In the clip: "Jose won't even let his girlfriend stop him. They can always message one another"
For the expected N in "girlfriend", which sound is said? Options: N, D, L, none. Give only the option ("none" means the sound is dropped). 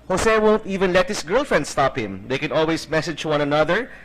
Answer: N